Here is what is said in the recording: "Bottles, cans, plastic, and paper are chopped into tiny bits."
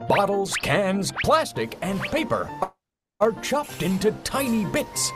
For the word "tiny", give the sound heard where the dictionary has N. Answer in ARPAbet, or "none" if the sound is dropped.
N